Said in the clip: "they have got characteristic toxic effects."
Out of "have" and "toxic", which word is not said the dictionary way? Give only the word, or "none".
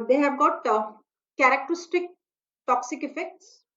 have